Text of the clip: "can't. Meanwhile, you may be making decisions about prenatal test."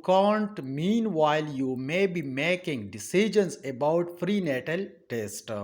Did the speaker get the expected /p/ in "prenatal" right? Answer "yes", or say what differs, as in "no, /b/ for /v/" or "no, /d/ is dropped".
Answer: no, /f/ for /p/